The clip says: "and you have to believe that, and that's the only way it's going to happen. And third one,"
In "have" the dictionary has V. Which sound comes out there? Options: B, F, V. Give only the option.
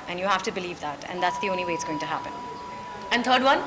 F